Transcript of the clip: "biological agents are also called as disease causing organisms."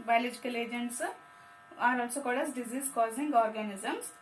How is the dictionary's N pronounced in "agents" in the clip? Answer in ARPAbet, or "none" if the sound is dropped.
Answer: N